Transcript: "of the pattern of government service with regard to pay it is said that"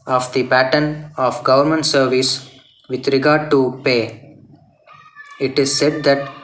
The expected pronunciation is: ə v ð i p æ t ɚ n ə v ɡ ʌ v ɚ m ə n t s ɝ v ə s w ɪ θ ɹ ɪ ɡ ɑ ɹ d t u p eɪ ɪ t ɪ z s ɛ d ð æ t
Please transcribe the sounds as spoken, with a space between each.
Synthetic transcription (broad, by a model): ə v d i p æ t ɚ n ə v ɡ ʌ v ɚ m ə n t s ɝ v ə s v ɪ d ɹ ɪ ɡ ɑ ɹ d t u p eɪ ɪ t ɪ z s ɛ d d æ t